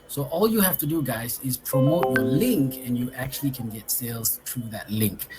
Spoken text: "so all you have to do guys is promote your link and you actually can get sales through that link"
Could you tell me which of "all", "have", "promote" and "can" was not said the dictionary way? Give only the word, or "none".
have